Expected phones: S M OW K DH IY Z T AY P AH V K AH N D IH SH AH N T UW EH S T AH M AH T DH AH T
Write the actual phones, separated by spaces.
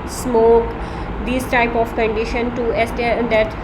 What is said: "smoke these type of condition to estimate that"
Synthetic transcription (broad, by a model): S M OW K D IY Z T AY P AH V K AH N D IH SH AH N T UW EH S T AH AH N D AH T